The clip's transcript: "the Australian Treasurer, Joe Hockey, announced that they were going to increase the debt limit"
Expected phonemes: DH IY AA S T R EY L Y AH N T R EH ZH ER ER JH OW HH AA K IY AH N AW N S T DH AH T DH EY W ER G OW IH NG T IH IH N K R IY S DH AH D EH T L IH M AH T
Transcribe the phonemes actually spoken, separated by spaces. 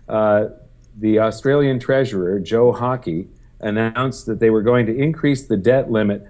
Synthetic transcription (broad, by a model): DH IY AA S T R EY L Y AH N T R EH ZH ER ER JH OW HH AA K IY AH N AW N S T DH AH T DH EY W ER G OW IH NG T IH IH N K R IY S DH AH D EH T L IH M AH T